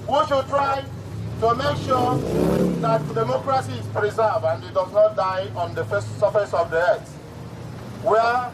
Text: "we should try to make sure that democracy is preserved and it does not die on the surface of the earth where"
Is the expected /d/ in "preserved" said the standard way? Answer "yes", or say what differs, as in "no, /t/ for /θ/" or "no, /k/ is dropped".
no, /d/ is dropped